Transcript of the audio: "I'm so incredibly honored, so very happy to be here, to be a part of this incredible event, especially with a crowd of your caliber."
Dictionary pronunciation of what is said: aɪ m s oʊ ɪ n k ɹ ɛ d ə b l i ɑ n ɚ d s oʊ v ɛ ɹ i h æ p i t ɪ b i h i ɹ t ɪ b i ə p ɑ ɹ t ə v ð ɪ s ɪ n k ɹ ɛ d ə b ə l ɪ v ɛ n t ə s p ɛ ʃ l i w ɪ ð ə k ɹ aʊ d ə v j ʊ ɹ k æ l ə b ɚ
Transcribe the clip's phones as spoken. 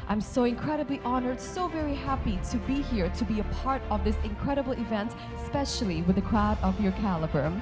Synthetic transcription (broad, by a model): aɪ m s oʊ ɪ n k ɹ ɛ d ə b l i ɑ n ɚ d s oʊ v ɛ ɹ i h æ p i t ɪ b i h i ɹ t ɪ b i ə p ɑ ɹ t ə v ð ɪ s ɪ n k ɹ ɛ d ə b l ɪ v ɛ n t s p ɛ ʃ l i w ɪ ð ə k ɹ aʊ d ə v j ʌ ɹ k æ l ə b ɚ